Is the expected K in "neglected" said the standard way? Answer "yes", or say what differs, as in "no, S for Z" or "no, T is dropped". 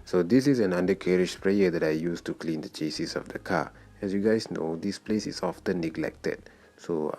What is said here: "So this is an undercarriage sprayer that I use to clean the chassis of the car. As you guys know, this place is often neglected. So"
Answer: yes